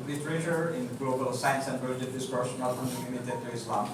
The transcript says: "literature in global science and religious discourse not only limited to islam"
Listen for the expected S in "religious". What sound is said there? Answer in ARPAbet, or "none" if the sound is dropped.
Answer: none